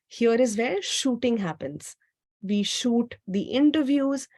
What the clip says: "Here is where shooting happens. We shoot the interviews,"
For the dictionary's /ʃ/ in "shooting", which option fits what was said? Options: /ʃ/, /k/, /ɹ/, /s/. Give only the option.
/ʃ/